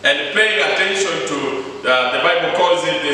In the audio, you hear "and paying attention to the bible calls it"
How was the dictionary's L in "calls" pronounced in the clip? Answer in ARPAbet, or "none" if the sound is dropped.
none